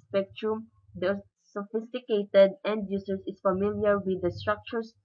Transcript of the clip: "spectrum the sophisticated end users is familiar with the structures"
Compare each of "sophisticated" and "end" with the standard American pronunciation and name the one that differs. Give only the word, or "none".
none